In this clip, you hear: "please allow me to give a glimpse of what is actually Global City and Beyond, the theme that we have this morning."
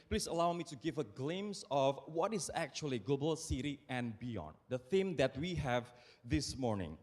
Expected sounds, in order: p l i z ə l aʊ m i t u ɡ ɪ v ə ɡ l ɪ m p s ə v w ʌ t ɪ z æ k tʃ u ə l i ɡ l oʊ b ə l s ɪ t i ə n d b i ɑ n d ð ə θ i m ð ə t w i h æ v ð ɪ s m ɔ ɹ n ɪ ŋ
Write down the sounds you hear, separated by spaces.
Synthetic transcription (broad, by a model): p l i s ə l aʊ m i t u ɡ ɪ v ə ɡ l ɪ m s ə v w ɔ t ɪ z æ k tʃ u ə l i ɡ oʊ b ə l s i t i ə n b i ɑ n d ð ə θ i m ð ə t w i h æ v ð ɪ s m ɔ ɹ n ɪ ŋ